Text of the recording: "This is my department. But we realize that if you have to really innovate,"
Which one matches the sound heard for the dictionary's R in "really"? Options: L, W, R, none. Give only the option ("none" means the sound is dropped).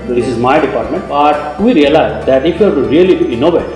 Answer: L